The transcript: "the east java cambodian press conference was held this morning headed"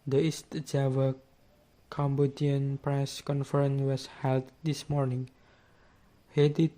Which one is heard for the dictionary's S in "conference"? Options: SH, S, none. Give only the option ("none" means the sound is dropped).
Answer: none